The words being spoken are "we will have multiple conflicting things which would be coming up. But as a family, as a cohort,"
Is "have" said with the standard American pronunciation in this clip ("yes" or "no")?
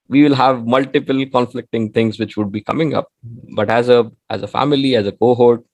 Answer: yes